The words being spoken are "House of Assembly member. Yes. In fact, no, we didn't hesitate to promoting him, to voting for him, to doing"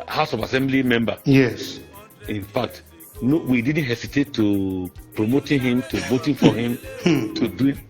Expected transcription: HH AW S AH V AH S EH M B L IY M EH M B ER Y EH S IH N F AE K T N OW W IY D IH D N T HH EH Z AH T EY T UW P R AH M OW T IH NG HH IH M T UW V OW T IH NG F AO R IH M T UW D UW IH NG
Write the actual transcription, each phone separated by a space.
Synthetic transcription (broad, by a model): HH AW S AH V AH S EH M B L IY M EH M B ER Y EH S IH N F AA K T N OW W IY D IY D N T HH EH S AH T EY T UW P R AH M OW T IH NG HH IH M T UW V OW T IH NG F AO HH IH M T UW D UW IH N